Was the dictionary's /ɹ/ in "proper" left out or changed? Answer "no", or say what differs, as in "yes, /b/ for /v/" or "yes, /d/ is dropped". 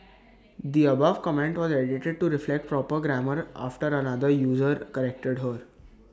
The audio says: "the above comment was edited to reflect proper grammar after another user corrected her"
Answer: no